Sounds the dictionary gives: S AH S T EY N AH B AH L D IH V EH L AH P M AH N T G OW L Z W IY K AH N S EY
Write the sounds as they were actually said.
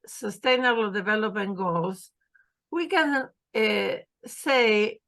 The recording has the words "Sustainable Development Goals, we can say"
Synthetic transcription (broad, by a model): S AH S T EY N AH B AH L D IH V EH L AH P AH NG G OW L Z W IY K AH N S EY